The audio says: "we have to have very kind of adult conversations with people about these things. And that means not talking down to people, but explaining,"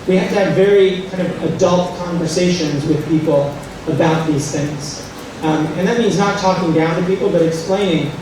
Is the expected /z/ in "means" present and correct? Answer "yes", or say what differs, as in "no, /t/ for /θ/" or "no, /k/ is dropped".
yes